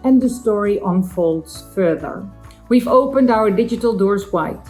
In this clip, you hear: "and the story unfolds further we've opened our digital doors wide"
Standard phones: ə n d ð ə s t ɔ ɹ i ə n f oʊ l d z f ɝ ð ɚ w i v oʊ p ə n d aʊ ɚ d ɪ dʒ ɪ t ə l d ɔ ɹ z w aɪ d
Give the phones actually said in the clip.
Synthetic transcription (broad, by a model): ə n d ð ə s t ɔ ɹ i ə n f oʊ l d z f ɝ ð ɚ w i v oʊ p ə n d aʊ ɚ d ɪ dʒ ɪ t ə l d ɔ ɹ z w aɪ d